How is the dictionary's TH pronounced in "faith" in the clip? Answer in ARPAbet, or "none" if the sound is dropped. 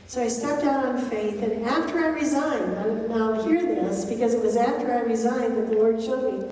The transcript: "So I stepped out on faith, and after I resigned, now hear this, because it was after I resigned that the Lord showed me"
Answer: TH